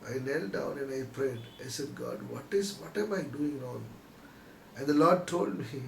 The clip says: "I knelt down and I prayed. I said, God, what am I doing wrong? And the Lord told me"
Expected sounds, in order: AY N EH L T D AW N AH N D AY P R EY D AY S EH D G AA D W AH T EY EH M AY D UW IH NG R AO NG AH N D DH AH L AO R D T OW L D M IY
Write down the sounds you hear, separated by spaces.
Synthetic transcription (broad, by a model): AY N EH L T D AW N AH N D AY P R EY D AY S EH D G AA D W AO T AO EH M AY D UW IH NG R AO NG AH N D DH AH L AO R D T OW L D M IY